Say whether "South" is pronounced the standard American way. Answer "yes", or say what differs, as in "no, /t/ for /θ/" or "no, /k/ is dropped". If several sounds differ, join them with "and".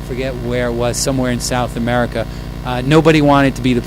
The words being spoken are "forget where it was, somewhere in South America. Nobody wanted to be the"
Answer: yes